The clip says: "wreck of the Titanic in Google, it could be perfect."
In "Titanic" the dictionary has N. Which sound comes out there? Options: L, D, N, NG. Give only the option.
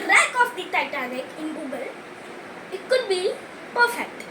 L